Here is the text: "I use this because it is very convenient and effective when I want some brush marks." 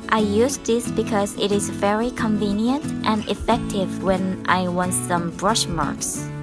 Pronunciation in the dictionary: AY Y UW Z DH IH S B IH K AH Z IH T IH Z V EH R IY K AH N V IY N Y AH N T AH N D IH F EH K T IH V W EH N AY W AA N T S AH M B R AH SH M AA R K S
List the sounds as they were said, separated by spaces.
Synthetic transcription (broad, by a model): AY Y UW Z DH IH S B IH K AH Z IH T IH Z V EH R IY K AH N V IY N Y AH N T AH N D IH F EH K T IH V W EH N AY W AA N T S AH M B R AH SH M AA R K S